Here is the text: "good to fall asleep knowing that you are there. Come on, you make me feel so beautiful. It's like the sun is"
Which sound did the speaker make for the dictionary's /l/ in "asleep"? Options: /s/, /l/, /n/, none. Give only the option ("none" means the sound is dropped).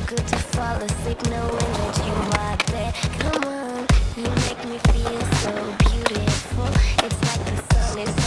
none